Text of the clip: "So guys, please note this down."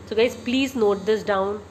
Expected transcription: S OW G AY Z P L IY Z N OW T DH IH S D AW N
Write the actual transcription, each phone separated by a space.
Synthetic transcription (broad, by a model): S OW G AY Z P L IY Z N OW T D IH S D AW N